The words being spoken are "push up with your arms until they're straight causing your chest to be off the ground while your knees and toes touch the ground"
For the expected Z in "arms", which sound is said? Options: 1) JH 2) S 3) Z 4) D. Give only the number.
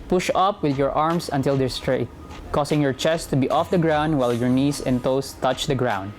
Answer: 2